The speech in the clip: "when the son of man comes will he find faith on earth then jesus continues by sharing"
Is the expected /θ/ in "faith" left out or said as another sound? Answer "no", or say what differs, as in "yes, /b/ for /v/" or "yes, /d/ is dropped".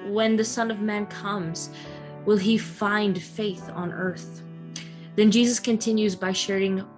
no